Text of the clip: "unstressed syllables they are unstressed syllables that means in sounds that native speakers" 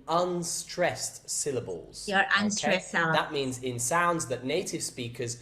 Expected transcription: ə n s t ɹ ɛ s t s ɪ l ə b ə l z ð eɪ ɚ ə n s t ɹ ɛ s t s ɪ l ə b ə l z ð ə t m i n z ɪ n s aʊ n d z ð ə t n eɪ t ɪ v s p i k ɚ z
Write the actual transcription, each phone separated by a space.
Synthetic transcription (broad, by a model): ə n s t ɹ ɛ s t s ɪ l ə b ə l z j ɚ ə n s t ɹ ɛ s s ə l ð ə t m i n z ɪ n s aʊ n d z ð ə t n eɪ t ɪ v s p i k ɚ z